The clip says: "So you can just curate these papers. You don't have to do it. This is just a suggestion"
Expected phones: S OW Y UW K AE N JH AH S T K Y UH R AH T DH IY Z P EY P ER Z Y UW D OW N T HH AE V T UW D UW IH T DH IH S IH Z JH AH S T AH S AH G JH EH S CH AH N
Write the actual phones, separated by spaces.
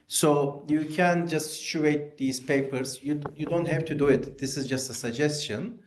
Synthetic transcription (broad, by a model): S OW Y UW K AE N JH AH S T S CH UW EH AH T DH IY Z P EY P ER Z Y UW D OW N T HH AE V T UW D UW IH T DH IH S IH Z JH AH S T AH S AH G JH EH S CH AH N